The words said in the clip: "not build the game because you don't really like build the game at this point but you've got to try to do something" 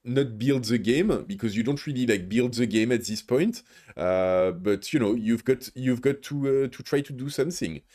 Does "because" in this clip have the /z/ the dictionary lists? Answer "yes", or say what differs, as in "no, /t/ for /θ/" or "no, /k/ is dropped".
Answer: yes